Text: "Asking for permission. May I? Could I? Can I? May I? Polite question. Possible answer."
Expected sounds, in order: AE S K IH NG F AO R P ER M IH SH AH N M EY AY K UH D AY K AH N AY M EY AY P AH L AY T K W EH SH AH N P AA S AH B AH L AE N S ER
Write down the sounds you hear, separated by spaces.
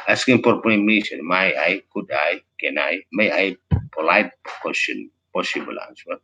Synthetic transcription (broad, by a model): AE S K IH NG P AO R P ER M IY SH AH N M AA AY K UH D AY K AH N AY M EY AY P AH L AY T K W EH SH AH N P AA S AH B AH L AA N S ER